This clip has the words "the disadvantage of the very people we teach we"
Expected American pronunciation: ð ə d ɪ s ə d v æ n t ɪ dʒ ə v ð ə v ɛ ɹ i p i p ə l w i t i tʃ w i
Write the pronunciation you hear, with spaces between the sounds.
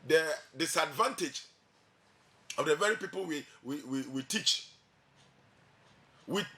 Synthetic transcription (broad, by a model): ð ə d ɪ s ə d v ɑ n t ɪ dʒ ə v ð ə v ɛ ɹ i p i p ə w w i t i tʃ w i